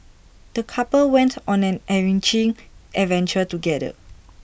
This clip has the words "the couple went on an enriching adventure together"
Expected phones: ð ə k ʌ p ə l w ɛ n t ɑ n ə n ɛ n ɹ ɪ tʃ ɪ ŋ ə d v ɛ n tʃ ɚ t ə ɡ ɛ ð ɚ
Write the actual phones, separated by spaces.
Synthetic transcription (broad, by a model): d ə k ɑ p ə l w ɛ n t ɑ n ə n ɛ ɹ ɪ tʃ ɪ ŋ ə v ɛ n tʃ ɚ t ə ɡ ɛ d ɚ